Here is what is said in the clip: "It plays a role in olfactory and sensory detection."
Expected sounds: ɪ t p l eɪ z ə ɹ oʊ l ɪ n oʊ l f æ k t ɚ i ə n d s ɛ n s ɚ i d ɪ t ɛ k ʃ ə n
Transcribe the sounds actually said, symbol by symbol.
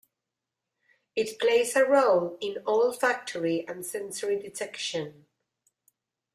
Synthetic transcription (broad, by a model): ɪ t p l eɪ z ə ɹ oʊ l ɪ n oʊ l f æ k t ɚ i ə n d s ɛ n s ɚ i d ɪ t ɛ k ʃ ə n